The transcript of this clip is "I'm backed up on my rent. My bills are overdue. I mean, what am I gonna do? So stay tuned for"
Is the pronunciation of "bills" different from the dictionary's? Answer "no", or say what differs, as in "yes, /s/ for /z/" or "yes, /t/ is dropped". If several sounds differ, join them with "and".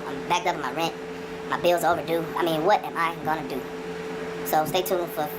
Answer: no